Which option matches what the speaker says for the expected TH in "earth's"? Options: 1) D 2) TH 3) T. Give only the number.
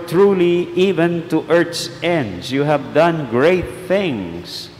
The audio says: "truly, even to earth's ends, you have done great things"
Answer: 3